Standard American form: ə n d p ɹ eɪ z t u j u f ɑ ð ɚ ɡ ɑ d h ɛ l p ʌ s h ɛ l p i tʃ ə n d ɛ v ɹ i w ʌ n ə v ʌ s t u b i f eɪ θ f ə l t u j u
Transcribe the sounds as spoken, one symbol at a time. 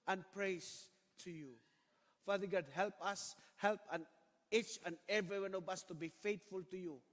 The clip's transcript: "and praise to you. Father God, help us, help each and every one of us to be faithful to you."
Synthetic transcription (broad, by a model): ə n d p ɹ eɪ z t u j u f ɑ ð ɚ ɡ ɑ d h ɛ l p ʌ s h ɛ l p i tʃ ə n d ɛ v ɹ i w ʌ n ə v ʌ s t u b i f eɪ t f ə l t u j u